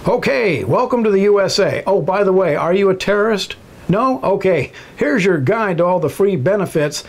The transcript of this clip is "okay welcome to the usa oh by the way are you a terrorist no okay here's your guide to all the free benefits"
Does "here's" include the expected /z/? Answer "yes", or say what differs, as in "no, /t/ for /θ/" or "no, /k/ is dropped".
yes